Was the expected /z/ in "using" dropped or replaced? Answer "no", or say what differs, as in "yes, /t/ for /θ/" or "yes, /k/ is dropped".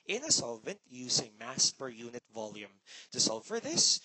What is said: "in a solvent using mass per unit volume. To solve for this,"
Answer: yes, /s/ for /z/